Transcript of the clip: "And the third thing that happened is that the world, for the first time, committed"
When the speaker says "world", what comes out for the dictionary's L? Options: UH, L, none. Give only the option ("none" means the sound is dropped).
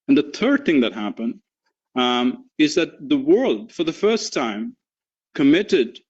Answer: L